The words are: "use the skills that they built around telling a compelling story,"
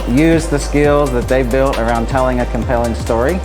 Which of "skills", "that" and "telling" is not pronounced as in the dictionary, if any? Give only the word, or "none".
none